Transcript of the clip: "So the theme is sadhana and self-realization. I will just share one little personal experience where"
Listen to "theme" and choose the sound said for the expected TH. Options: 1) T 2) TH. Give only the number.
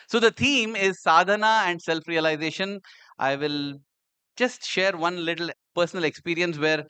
1